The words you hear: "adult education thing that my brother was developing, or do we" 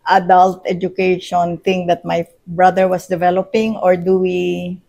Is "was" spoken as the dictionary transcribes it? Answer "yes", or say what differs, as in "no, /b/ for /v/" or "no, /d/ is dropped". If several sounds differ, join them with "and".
no, /s/ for /z/